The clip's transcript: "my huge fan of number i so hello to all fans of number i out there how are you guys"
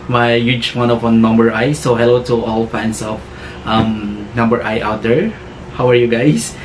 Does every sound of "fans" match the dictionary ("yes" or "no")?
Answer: no